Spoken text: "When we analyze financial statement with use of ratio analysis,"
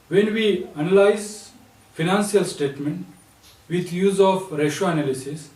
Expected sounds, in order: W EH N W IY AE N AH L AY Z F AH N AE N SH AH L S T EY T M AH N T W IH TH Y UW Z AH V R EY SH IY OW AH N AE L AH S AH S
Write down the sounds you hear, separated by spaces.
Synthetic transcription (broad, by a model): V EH N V IY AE N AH L AY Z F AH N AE N S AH L S T EY T M AH N T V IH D Y UW Z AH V R EY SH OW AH N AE L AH S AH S